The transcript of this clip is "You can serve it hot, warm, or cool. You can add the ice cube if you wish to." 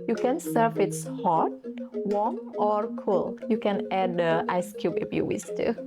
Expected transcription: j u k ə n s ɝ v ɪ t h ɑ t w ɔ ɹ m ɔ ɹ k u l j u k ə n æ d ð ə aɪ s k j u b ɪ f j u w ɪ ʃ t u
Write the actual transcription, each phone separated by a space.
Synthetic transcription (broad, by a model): j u k ə n s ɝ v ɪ t h ɑ t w ɔ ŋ ɔ ɹ k u l j u k ə n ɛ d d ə aɪ s k j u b ɪ f j u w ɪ s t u